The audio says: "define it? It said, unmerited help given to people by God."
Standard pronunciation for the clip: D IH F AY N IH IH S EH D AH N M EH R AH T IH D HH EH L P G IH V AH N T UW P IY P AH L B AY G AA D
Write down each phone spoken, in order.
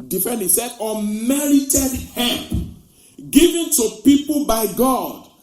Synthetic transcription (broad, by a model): D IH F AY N IH S EH D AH M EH R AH T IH D HH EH P G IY V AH N T UW P IY P AH L B AY G AA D